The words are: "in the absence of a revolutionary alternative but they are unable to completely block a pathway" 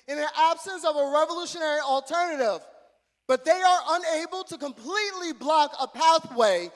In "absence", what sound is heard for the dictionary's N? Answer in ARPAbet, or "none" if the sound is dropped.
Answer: N